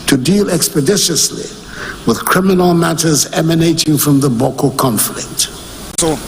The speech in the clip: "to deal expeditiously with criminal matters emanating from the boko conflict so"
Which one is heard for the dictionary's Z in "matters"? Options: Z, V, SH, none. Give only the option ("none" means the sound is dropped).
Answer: Z